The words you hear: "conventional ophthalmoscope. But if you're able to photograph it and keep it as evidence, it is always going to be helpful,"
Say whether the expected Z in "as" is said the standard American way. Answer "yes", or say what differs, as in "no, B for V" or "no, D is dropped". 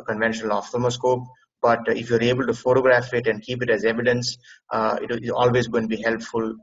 yes